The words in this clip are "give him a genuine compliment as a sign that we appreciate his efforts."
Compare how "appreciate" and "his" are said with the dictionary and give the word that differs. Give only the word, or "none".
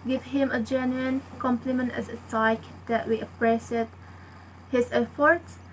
appreciate